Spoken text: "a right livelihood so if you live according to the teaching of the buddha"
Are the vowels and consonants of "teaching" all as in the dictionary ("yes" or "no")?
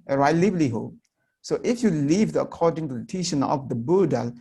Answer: no